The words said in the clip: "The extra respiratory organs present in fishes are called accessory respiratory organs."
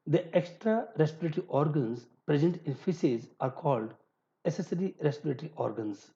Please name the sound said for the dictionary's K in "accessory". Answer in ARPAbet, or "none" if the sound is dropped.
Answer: none